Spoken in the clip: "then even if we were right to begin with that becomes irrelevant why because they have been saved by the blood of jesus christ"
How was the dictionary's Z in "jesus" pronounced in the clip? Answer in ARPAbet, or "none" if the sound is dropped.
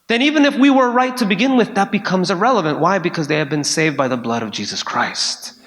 Z